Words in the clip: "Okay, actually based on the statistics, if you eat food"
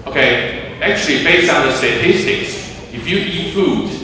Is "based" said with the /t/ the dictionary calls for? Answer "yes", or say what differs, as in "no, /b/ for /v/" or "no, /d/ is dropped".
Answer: no, /t/ is dropped